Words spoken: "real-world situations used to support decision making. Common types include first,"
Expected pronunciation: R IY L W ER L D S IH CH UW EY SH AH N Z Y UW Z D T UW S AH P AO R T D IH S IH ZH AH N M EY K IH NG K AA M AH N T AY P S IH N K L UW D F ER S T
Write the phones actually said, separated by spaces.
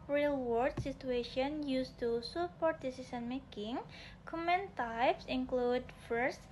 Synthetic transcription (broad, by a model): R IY L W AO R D S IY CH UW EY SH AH N Y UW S T UW S AH P AO R T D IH S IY S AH N M EY K IH NG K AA M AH N T AY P S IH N K L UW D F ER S